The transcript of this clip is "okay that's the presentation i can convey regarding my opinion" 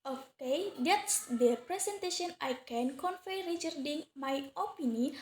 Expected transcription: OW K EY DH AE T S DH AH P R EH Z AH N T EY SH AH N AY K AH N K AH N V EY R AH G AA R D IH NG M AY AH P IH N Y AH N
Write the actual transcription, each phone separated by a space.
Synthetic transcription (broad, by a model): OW K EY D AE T S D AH P R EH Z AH N T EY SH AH N AY K AH N K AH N F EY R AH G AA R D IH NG M AY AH P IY N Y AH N